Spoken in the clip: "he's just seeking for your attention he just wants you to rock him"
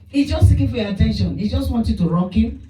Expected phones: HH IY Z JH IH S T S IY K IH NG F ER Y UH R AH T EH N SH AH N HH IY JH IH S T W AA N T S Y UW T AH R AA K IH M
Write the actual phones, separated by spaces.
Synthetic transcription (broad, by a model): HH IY JH IH S T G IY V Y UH AH T EH N SH AH N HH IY JH IH S T W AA N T Y UW T AH R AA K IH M